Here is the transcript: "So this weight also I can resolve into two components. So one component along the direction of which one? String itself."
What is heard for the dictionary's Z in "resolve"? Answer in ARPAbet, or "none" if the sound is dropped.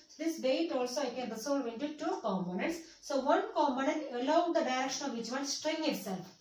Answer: S